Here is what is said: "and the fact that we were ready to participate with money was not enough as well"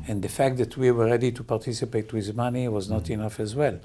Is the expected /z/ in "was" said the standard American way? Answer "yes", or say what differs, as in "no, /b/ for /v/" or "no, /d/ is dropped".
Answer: yes